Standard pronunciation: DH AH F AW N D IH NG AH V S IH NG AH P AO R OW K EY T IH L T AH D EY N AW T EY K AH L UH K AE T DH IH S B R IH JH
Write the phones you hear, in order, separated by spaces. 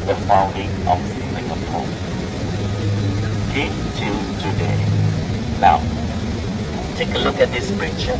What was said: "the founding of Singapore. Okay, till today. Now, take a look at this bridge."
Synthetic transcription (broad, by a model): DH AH F AW N D IH NG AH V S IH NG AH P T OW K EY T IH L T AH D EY L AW T EY K AH L UH K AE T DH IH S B R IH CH